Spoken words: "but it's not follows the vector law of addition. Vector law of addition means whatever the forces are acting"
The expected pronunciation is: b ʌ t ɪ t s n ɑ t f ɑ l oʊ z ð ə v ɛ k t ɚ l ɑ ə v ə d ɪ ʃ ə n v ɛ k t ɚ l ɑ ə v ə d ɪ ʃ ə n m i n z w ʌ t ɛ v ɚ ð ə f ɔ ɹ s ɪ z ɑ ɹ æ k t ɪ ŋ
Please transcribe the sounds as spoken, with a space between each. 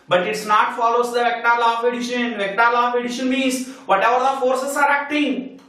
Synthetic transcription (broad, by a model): b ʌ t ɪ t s n ɑ t f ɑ l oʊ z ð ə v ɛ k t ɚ l ɑ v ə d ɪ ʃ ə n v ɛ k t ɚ l ɑ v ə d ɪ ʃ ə n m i z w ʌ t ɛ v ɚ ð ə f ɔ ɹ s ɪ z ɑ ɹ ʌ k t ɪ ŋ